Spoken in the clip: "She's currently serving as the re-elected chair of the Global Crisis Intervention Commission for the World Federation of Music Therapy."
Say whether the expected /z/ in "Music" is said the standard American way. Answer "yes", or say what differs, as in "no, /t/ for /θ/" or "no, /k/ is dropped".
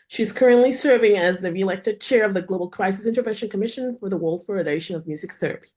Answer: yes